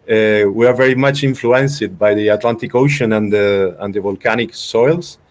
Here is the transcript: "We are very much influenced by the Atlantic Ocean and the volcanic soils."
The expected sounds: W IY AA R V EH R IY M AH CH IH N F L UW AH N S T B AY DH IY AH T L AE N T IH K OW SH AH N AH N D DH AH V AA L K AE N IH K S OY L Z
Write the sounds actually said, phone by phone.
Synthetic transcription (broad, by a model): W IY AA R V EH R IY M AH CH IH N F L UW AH N S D B AY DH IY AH T L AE N T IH K OW SH AH N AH N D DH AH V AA L K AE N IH K S OY L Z